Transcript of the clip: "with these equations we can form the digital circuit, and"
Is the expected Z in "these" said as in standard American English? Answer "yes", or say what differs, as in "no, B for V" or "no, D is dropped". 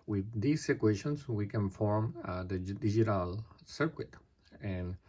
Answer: no, S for Z